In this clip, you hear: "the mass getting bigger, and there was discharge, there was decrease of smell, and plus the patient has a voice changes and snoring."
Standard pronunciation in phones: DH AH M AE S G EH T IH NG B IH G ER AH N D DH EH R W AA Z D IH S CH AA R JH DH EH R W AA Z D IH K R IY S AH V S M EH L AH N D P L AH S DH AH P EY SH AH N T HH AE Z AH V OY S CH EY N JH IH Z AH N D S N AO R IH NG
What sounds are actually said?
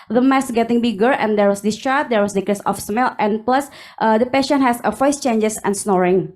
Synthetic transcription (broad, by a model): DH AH M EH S G EH T IH NG B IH G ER AH N D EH R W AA S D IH S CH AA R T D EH R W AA S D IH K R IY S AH F S M EH L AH N P L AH S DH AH P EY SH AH N HH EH S AH F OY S CH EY N JH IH S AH N S N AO R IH NG